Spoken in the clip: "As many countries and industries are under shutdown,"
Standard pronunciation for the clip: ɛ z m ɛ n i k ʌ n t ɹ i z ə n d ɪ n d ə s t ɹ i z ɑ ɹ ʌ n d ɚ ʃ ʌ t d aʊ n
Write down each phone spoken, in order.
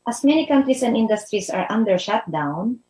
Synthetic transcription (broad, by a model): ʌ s m ɛ n i k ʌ n t ɹ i s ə n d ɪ n d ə s t ɹ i s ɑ ɹ ʌ n d ɚ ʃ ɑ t d aʊ n